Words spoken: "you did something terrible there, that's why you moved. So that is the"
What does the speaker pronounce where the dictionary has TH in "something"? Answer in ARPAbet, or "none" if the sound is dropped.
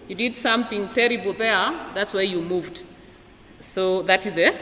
TH